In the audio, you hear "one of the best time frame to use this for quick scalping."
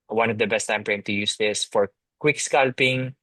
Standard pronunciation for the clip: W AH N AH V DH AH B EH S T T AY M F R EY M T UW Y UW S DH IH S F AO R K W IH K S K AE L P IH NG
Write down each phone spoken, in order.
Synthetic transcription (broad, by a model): W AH N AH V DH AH B EH S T T AY M P R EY M T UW Y UW S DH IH S F AO R K W IH K S K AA L P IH NG